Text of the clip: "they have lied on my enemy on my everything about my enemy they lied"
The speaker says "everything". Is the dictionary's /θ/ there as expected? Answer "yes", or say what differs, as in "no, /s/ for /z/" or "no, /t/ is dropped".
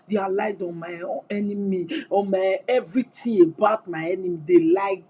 no, /t/ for /θ/